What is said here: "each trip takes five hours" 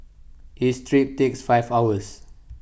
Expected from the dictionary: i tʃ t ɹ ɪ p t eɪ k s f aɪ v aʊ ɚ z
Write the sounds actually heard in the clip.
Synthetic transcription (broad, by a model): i s t ɹ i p t eɪ k s f aɪ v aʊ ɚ s